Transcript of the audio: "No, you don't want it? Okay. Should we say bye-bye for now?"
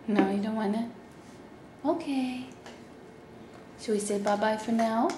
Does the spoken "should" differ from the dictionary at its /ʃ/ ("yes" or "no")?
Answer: yes